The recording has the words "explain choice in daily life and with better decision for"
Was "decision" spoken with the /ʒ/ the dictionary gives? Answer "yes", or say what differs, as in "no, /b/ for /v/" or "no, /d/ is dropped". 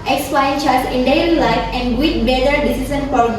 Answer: no, /s/ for /ʒ/